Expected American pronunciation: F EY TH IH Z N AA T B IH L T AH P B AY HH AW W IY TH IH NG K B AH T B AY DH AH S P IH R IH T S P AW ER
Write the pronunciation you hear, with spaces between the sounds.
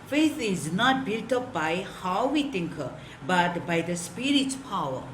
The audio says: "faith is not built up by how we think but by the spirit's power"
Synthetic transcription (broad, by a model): F EY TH IH Z N AA T B IH L T AH P B AY HH AW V IY T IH NG K B AH T B AY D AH S P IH R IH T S P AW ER